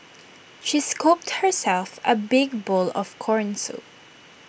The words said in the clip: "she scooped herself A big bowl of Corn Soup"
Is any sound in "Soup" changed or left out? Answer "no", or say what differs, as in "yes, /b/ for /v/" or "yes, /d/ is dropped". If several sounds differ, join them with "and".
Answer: yes, /p/ is dropped